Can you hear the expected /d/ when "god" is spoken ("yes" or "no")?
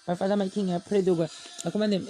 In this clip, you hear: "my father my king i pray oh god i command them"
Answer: no